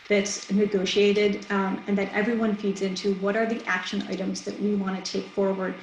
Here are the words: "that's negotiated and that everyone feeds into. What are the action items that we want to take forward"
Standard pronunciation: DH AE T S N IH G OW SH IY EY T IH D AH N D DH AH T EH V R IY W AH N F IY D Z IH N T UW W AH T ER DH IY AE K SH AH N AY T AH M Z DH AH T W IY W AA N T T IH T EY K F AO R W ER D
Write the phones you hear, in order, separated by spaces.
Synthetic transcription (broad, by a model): DH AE T S N IH G OW SH IY EY T IH D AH N DH AH T EH V R IY W AH N F IY D Z IH N T UW W AH T ER DH IY AE K SH AH N AY T AH M Z DH AH T W IY W AA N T T IH T EY K F AO R W ER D